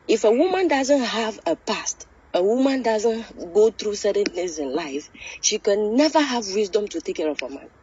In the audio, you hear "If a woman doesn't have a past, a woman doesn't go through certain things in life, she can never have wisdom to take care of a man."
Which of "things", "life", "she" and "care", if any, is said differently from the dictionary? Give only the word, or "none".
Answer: things